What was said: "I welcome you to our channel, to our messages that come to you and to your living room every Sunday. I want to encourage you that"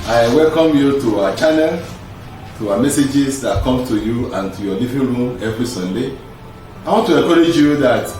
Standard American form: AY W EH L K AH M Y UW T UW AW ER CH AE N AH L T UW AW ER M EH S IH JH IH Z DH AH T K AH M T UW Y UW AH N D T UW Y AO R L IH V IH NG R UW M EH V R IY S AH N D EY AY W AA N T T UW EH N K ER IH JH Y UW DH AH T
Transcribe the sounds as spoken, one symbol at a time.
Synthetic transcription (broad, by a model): AY W EH L K AH M Y UW T UW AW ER CH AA N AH L T UW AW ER M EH S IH JH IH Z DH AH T K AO M T UW Y UW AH N T UW Y AO L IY V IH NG R UW M EH V R IY S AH N D EY AY W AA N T T UW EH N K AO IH JH Y UW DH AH T